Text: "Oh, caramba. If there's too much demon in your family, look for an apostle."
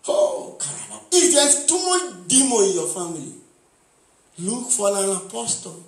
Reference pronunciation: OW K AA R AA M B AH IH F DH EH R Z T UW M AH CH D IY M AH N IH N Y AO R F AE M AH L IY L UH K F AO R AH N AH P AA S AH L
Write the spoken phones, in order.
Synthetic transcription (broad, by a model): OW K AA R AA B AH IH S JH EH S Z T UW M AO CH D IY M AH IH N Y AO F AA M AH L IY L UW K F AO L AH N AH P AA S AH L